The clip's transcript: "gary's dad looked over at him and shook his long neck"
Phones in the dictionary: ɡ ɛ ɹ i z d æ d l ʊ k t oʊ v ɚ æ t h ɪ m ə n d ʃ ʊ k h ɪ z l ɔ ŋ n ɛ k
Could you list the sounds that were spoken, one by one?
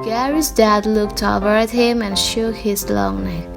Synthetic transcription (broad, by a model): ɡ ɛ ɹ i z d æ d l ʊ k t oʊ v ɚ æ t h ɪ m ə n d ʃ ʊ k h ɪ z l ɔ ŋ n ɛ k